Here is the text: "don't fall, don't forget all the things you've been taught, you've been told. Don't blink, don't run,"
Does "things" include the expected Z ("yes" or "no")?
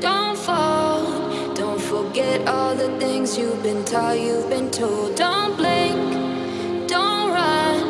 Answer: yes